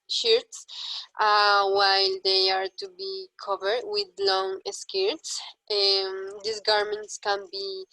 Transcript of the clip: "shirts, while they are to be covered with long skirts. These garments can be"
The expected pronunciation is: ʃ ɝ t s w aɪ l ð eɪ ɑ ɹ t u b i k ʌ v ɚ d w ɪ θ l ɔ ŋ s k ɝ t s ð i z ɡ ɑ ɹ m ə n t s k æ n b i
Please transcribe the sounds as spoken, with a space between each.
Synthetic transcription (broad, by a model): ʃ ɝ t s w aɪ l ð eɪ ɑ ɹ t u b i k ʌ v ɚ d w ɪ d l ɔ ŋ s k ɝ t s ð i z ɡ ɑ ɹ m ə n t s k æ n b i